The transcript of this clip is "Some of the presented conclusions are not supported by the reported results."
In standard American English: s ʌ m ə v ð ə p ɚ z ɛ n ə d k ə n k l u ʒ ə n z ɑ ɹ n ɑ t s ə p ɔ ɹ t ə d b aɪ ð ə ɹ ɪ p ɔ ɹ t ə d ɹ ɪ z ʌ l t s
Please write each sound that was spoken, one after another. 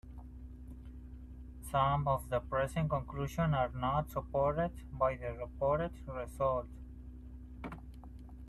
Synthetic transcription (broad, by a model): s ʌ m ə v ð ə p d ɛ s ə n k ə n k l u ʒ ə n ɑ ɹ n ɑ t s ə p ɔ ɹ t ə d b aɪ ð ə ɹ ɪ p ɔ ɹ t ə d ɹ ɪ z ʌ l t